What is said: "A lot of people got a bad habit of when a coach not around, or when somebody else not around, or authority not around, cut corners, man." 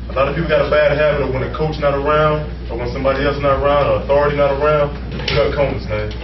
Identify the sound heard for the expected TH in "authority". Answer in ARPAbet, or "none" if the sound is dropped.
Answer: TH